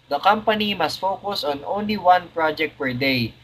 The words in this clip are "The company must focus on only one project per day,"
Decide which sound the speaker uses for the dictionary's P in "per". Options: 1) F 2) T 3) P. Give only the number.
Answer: 3